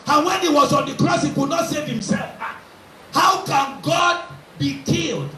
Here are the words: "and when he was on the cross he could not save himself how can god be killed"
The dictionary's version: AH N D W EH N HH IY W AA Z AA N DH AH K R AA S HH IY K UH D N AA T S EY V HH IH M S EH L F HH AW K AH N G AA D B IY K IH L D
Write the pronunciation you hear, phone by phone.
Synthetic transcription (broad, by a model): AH N W EH N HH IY W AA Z AA N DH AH K R AA S HH IY K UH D N AA T S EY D HH IH M S EH L F HH AW K AH N G AA D B IY K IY L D